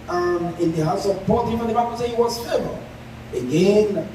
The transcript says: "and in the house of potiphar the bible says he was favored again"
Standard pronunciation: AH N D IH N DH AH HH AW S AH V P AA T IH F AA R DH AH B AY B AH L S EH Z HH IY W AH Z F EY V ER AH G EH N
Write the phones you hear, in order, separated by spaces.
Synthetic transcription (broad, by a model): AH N IH N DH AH HH AW S AH V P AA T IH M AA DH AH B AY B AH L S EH HH IY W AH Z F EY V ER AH G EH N